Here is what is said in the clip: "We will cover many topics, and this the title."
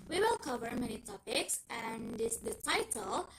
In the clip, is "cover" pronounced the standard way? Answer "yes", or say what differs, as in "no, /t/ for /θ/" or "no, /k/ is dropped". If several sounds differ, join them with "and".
yes